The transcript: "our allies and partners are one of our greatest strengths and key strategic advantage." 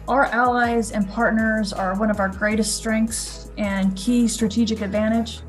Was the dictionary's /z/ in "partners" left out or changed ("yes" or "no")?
no